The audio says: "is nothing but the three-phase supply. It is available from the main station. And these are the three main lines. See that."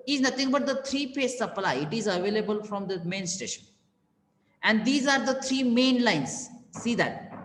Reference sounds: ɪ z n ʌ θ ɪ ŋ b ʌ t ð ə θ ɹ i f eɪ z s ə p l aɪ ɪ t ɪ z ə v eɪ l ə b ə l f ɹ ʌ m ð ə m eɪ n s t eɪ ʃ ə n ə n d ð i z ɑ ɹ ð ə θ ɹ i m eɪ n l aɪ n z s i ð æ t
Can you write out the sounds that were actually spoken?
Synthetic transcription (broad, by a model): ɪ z n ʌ t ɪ ŋ b ʌ t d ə t ɹ i p eɪ s ə p l aɪ ɪ t ɪ z ə v eɪ l ə b ə l f ɹ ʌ m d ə m eɪ n s t eɪ ʃ ə n ə n d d i z ɑ ɹ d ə t ɹ i m eɪ n l aɪ n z s i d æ t